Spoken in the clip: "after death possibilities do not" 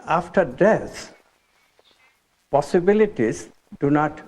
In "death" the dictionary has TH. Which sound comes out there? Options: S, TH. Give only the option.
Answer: S